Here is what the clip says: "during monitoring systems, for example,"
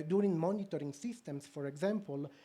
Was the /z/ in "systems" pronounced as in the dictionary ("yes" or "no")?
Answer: no